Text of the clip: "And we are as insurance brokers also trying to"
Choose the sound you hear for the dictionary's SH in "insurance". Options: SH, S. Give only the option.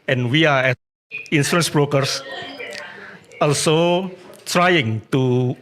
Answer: S